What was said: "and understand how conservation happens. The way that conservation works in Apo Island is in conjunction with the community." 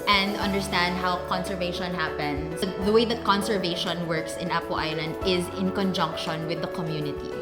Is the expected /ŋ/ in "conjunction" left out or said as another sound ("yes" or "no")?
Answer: no